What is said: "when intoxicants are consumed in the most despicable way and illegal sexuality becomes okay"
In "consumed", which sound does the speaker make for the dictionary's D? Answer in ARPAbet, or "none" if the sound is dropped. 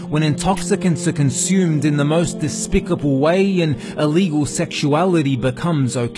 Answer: D